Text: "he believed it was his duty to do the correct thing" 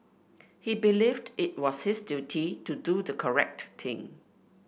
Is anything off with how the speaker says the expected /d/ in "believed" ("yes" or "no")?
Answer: no